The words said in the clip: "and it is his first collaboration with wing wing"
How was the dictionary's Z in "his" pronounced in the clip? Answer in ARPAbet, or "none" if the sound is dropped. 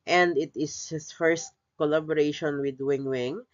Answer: S